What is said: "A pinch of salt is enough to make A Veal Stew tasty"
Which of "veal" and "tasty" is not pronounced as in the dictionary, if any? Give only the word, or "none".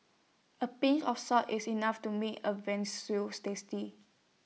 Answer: veal